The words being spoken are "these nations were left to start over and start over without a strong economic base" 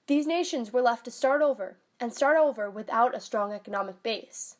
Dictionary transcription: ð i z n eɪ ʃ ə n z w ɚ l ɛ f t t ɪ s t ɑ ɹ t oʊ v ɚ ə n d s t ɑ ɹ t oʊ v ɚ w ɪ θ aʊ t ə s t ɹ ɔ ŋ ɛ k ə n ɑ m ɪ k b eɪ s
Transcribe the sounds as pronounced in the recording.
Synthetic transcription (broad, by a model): ð i z n eɪ ʃ ə n z w ɚ l ɛ f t t ɪ s t ɑ ɹ t oʊ v ɚ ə n s t ɑ ɹ t oʊ v ɚ w ɪ θ aʊ t ə s t ɹ ɔ ŋ ɛ k ə n ɑ m ɪ k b eɪ s